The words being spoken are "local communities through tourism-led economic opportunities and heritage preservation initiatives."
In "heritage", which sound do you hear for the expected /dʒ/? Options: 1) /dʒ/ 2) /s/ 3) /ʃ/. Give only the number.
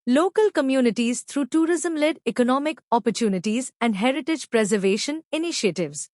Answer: 1